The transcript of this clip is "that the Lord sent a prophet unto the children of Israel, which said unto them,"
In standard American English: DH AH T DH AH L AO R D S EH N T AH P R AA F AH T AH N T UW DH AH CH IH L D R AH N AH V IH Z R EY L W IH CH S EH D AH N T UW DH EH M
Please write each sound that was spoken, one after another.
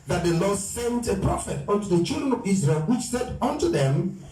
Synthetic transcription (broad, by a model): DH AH T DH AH L AO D S EH N T AH P R AA F AH T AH N T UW DH AH CH IH L D R AH N AH V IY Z R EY L W IH CH S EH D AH N T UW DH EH M